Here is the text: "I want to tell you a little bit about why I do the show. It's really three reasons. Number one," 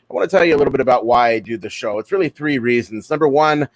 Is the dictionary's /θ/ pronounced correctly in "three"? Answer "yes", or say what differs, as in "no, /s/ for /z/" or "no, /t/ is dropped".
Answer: yes